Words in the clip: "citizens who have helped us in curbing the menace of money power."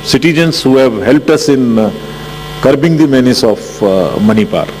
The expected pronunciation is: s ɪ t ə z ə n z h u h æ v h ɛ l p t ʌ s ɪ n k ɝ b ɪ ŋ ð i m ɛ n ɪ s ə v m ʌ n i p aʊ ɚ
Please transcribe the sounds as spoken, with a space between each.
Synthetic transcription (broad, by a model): s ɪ t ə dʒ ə n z h u h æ v h ɛ l p t ʌ s ɪ n k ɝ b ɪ ŋ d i m ɛ n ɪ s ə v m ʌ n i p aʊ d